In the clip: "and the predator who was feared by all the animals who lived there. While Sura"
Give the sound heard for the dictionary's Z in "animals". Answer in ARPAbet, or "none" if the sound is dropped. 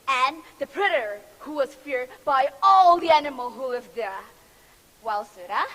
none